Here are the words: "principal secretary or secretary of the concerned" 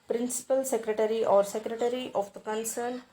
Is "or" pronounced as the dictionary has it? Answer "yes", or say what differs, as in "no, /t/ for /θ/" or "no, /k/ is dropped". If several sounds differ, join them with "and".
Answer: yes